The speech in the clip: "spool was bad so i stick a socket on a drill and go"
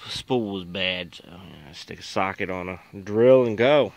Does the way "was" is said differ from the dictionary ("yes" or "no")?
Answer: no